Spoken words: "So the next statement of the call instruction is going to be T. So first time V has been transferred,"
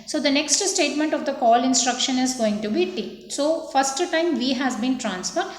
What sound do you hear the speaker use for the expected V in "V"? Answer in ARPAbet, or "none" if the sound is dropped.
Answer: V